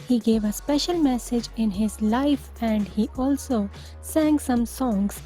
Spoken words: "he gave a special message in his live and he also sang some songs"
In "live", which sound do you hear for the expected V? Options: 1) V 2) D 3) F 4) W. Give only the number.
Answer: 3